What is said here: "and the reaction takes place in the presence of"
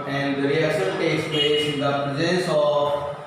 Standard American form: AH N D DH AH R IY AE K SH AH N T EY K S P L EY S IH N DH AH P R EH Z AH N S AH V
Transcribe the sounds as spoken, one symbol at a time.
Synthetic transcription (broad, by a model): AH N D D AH R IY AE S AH L T EY K S P L EY S IH N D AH P R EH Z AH N S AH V